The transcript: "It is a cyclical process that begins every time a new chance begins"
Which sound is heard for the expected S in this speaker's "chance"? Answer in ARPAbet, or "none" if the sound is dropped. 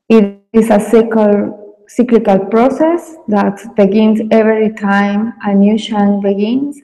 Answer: none